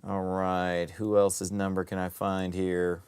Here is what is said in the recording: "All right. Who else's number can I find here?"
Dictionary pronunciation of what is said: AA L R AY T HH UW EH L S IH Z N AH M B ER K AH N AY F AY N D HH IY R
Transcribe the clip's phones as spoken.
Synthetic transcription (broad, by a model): AA L R AY T HH UW EH L S IH Z N AH M B ER K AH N AY F AY N D HH IY R